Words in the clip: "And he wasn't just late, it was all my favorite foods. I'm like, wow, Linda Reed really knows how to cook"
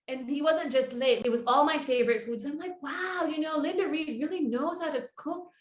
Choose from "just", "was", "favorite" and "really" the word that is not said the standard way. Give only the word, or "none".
none